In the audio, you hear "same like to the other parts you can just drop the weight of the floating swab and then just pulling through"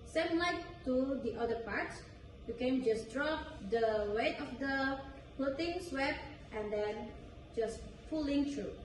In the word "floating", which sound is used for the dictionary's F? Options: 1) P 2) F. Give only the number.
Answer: 1